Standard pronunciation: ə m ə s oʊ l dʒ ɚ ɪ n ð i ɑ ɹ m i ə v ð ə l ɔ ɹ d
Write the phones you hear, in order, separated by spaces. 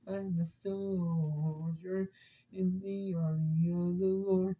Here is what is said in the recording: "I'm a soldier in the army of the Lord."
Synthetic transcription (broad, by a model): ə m ə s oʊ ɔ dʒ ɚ ɪ n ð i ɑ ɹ i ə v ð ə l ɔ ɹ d